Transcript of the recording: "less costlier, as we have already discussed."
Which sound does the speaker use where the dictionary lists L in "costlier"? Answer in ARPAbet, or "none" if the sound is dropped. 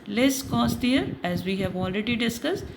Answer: none